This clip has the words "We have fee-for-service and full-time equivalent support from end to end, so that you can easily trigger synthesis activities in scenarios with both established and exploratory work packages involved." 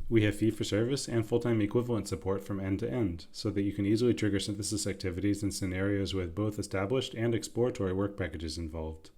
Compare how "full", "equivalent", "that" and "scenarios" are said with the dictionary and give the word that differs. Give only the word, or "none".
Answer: none